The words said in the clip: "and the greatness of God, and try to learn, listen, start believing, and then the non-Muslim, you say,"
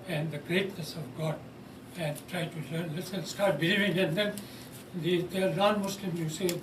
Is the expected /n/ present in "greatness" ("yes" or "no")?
yes